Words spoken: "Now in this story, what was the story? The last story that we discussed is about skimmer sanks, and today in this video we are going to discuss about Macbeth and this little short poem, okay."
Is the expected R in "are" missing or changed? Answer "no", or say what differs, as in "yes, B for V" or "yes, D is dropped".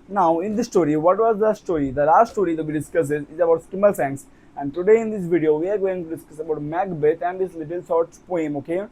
no